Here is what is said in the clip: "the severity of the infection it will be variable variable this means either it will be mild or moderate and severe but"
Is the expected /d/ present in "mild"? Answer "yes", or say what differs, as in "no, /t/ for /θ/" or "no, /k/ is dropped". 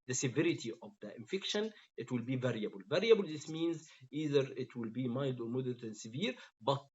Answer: yes